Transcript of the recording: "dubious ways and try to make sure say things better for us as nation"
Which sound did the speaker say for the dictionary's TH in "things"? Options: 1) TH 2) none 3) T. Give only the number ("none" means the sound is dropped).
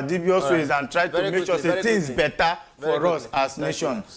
3